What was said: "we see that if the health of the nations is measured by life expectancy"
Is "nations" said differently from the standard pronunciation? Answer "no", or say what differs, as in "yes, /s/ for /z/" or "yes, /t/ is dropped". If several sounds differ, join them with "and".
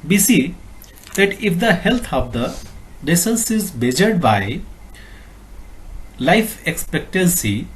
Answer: yes, /s/ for /ʃ/ and /s/ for /z/